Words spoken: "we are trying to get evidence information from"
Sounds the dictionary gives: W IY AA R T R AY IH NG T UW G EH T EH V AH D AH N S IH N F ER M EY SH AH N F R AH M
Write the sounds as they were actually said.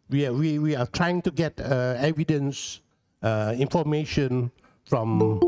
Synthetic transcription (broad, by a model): W IY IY W T R AY IH NG T UW G EH T EH V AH D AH N S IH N F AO M EY SH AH N F R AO M